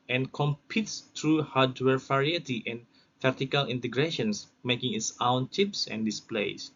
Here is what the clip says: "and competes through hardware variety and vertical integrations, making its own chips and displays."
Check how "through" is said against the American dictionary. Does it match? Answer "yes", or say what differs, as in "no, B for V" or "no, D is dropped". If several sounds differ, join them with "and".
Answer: no, T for TH